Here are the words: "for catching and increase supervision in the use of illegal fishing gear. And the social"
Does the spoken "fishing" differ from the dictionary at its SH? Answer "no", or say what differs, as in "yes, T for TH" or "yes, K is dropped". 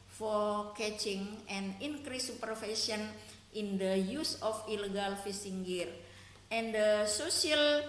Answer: yes, S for SH